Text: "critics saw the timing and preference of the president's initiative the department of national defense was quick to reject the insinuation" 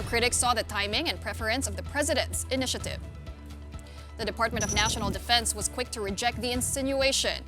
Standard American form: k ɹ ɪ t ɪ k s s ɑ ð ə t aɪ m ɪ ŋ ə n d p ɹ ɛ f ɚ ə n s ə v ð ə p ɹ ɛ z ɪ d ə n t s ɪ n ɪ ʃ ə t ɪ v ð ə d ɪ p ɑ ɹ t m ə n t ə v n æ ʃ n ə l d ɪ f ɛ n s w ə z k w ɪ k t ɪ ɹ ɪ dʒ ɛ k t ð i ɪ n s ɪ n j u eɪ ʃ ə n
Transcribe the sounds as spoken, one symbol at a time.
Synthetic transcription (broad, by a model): k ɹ ɪ t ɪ k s s ɑ ð ə t aɪ m ɪ ŋ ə n p ɹ ɛ f ɚ ə n s ə v ð ə p ɹ ɛ z ɪ d ə n t s ɪ n ɪ ʃ ə t ɪ v ð ə d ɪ p ɑ ɹ t m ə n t ə v n æ ʃ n l d ɪ f ɛ n s w ə z k w ɪ k t ɪ ɹ ɪ dʒ ɛ k t ð i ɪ n s ɪ n j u eɪ ʃ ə n